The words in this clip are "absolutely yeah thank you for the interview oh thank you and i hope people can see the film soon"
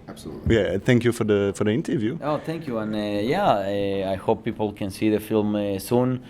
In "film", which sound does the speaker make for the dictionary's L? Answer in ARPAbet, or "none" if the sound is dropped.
L